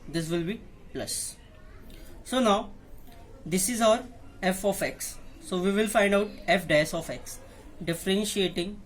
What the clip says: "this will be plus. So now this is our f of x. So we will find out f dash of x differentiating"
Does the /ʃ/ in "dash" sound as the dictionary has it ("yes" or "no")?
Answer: no